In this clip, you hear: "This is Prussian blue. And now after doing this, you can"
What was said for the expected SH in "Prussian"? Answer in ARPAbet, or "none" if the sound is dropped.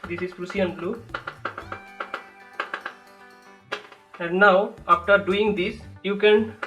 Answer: S